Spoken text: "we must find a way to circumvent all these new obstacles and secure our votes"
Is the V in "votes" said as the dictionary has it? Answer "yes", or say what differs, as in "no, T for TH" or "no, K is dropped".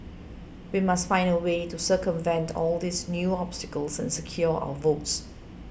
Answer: yes